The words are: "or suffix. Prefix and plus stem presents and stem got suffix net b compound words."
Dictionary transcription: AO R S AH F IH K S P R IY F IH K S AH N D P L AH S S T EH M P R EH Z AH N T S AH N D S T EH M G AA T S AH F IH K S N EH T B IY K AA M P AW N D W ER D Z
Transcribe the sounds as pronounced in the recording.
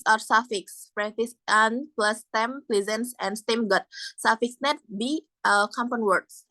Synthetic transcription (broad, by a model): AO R S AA F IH K S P R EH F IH S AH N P L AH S S T EH M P L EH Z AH N S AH N S T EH M G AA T S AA F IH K S N EH T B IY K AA M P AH N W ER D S